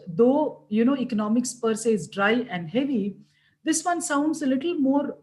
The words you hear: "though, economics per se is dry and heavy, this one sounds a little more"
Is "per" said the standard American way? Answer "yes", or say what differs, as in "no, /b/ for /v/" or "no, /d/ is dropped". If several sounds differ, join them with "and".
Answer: yes